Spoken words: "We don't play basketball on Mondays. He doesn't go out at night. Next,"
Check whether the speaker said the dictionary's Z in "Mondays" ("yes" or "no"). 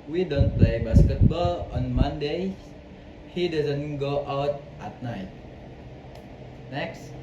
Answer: no